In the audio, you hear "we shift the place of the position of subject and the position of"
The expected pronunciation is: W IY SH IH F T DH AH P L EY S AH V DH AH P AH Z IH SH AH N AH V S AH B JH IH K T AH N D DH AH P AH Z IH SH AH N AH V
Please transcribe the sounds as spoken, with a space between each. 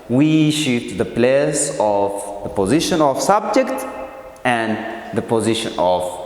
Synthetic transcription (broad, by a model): W IY SH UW T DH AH P L EY S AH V DH AH P AH Z IH SH AH N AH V S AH B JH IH K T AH N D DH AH P AH Z IH SH AH N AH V